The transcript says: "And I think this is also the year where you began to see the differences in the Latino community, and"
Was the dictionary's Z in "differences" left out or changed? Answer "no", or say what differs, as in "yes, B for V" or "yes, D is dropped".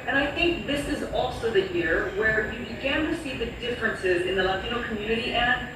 no